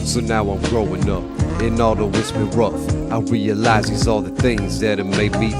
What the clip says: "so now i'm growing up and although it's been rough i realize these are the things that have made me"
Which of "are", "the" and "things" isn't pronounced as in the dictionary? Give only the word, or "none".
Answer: are